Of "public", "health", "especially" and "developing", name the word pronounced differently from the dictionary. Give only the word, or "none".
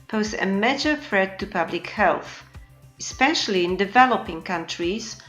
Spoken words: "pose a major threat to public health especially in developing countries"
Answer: none